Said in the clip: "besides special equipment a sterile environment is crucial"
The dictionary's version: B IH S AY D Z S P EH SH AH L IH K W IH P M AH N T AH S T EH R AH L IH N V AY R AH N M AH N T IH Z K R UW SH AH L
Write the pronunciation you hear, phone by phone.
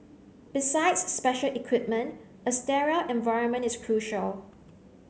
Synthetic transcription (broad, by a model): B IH S AY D S P EH SH AH L IH K W IH P M AH N T AH S T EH R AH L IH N V AY R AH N M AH N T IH S K R UW SH AH L